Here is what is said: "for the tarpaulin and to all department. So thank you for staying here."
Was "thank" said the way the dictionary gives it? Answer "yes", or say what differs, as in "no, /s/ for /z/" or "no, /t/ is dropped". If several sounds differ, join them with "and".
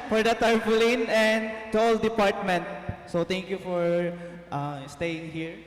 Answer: no, /t/ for /θ/